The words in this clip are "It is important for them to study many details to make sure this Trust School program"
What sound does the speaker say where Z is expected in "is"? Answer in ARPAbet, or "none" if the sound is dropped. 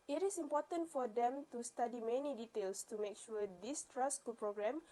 S